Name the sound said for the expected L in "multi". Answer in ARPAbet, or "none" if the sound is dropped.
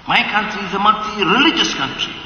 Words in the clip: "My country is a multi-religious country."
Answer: none